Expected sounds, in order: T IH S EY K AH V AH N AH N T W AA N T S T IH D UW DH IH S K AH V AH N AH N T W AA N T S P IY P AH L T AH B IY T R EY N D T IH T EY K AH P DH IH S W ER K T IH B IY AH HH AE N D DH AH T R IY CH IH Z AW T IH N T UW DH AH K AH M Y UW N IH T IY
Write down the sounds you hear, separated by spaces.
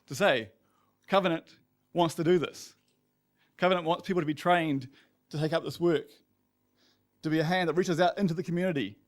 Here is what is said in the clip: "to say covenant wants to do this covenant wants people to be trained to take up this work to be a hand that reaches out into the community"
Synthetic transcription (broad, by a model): T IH S EY K AH V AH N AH N T W AA N T S T IH D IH DH IH S K AH V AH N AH N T W AA N T S P IY P L T AH B IY T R EY N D T IH T EY K AH P DH IH S W ER K T IH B IY AH HH AE N DH AH T R IY CH IH Z AW T IH N T UW DH AH K M Y UW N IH T IY